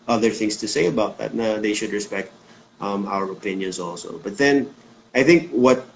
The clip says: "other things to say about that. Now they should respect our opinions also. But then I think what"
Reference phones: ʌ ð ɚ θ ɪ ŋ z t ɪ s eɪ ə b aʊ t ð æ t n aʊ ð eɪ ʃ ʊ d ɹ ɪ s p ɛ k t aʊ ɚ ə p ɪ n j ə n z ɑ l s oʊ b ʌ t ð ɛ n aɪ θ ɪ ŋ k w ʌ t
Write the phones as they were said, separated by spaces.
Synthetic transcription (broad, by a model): ʌ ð ɚ θ ɪ ŋ s t ɪ s eɪ ə b aʊ t ð æ t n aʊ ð eɪ ʃ ʊ d ɹ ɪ s p ɛ k t aʊ ɚ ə p ɪ n j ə n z ɑ l s oʊ b ʌ t ð ɛ n aɪ θ ɪ ŋ k w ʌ t